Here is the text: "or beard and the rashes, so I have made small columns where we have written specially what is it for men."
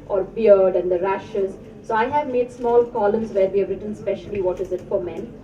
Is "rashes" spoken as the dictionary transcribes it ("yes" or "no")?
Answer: yes